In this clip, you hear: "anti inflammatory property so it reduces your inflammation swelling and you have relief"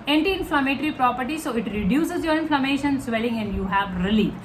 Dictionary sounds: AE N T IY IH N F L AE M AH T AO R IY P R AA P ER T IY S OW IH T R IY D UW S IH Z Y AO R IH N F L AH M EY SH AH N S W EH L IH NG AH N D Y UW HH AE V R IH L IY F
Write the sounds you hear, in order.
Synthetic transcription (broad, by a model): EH N T IY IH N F L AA M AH T R IY P R AA P ER T IY S OW IH T R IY D UW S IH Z Y AO R IH N F L AH M EY SH AH N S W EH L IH NG AH N D Y UW HH AE V R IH L IY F